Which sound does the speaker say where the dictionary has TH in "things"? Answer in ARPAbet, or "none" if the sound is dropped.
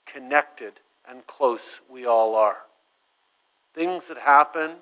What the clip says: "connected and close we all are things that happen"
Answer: TH